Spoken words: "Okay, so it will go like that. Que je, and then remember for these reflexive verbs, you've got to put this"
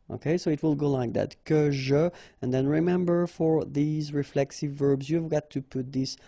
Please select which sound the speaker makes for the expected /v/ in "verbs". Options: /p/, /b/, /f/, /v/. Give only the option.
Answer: /v/